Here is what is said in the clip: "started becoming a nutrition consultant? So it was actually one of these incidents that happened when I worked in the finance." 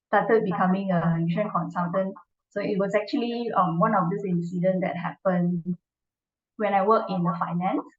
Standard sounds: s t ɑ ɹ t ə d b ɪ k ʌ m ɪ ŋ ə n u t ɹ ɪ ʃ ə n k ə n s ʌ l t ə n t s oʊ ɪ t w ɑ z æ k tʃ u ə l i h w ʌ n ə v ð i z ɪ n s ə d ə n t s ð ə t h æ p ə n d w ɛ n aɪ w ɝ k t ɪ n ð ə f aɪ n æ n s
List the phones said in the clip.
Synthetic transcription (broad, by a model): s t ɑ t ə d b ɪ k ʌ m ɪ ŋ ə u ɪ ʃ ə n k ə n s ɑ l t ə n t s oʊ ɪ t w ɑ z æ k tʃ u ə l i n w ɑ n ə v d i s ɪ n s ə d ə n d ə t h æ p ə n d w ɛ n aɪ w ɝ k ɪ n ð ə f aɪ n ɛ n s